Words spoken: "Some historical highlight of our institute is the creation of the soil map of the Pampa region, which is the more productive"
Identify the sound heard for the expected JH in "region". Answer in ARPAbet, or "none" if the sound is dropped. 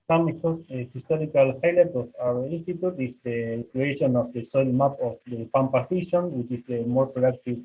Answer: SH